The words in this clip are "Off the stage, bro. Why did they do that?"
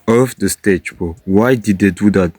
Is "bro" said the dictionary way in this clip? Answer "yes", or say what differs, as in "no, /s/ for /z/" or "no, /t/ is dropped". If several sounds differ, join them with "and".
no, /ɹ/ is dropped